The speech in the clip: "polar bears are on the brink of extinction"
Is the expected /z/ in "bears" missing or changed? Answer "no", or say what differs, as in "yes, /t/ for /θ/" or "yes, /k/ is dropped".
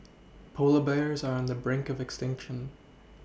no